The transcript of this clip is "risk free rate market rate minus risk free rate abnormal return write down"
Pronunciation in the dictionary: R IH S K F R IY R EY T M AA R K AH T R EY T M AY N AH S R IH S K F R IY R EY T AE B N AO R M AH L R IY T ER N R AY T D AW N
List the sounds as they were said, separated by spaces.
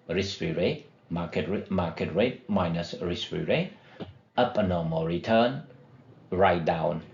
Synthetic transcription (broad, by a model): R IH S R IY R EY T M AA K K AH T R EY T M AY N AH S R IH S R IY R EY T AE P N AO M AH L R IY T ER N R AY T D AW N